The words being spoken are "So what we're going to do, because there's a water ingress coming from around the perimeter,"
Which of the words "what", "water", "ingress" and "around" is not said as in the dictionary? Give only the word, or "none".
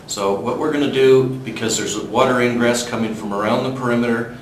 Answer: none